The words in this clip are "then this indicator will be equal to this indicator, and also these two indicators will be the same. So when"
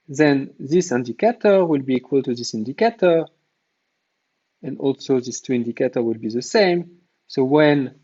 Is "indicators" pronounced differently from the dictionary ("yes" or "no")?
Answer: yes